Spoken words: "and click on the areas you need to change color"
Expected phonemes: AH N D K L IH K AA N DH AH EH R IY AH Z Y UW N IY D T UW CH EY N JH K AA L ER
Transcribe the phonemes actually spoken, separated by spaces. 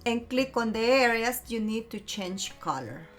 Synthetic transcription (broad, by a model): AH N K L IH K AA N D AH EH R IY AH S Y UW N IY D T UW CH EY N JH K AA L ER